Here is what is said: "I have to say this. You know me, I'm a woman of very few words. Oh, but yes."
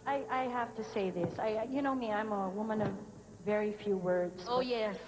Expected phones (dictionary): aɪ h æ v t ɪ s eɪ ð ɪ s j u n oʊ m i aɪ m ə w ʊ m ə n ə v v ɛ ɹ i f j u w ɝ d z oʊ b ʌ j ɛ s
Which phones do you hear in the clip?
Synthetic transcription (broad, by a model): aɪ h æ f t ɪ s eɪ ð ɪ s j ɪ n oʊ m i aɪ m ə w ʊ m ə n ə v v ɛ ɹ i f j u w ɝ d z oʊ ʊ j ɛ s